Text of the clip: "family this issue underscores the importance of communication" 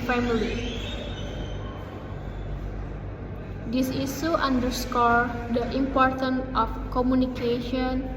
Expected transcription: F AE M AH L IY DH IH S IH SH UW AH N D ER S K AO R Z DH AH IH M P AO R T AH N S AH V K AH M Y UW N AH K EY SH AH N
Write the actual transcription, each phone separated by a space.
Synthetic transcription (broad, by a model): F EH M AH L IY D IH S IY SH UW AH N D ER S K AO R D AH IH M P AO R T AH N AH F K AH M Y UW N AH K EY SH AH N